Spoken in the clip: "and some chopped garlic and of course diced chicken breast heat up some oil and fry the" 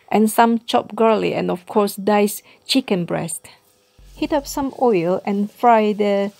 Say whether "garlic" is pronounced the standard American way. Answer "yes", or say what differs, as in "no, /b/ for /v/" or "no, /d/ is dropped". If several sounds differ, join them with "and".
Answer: no, /k/ is dropped